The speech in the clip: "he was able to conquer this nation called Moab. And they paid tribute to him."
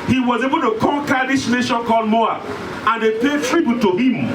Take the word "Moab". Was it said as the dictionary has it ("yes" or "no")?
no